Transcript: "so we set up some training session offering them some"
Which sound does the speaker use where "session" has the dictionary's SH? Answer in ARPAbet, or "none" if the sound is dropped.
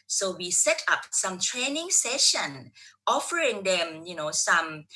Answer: SH